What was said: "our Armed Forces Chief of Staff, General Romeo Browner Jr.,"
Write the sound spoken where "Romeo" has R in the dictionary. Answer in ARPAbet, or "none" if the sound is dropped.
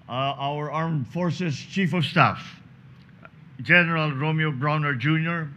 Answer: R